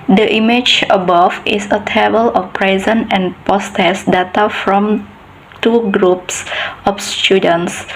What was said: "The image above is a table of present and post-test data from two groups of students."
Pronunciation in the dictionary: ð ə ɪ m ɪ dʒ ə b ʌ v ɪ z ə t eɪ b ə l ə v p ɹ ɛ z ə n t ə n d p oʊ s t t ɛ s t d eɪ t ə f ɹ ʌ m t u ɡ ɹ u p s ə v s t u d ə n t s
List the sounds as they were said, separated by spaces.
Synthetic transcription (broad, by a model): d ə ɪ m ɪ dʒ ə b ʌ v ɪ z ə t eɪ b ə l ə f p ɹ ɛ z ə n ə n p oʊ s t t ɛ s d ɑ t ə f ɹ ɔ m t u ɡ ɹ u p s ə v s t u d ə n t s